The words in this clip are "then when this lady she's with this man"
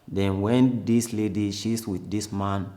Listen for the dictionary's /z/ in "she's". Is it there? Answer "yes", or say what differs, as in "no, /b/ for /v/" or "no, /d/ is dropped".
no, /s/ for /z/